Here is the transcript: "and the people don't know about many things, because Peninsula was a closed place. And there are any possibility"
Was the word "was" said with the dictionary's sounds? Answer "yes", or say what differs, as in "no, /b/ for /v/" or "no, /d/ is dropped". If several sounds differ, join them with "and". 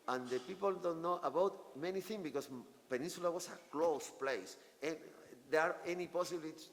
no, /s/ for /z/